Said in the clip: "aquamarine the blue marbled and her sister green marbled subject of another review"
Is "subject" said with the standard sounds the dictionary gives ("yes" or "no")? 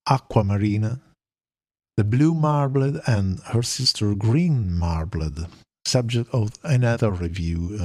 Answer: yes